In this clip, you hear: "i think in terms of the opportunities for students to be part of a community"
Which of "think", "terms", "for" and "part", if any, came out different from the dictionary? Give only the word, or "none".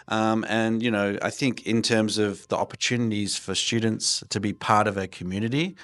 none